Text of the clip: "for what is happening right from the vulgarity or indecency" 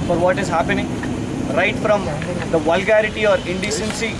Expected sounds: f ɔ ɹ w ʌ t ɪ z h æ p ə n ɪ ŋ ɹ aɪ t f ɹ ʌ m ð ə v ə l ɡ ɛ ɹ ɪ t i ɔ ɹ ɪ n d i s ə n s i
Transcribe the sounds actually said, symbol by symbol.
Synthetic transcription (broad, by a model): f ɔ ɹ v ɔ t ɪ z h æ p ə n ɪ ŋ ɹ aɪ t f ɹ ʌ m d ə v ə l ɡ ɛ ɹ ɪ t i ɔ ɹ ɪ n d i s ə n s i